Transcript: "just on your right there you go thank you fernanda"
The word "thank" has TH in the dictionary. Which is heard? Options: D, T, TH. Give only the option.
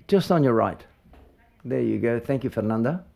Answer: TH